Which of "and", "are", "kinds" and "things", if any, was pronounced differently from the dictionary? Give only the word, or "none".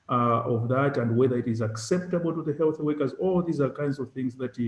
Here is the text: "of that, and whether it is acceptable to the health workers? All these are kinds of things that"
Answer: none